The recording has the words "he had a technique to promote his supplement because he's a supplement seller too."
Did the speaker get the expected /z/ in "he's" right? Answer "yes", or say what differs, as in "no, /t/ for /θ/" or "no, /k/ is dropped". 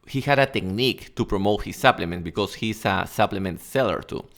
no, /s/ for /z/